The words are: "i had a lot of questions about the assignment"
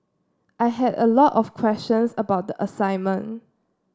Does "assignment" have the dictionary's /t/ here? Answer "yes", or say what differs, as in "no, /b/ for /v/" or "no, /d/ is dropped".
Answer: no, /t/ is dropped